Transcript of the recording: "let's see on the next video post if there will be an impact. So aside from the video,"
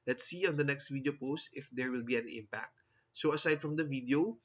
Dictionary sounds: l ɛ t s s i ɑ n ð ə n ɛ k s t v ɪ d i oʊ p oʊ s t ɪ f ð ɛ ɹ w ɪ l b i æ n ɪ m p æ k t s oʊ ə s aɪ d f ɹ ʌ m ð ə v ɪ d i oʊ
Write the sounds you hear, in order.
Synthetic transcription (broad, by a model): l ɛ t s s i ɑ n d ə n ɛ k s t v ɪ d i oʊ p oʊ s t ɪ f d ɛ ɹ w ɪ l b i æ n ɪ m p æ k t s oʊ ə s aɪ d f ɹ ʌ m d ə v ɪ d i oʊ